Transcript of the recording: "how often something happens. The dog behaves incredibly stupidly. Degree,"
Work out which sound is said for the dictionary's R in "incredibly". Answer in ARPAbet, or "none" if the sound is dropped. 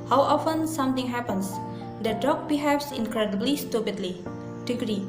R